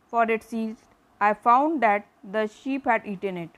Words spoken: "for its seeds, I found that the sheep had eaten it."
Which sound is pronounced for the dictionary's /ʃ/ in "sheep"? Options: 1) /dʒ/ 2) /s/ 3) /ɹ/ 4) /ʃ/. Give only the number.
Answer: 4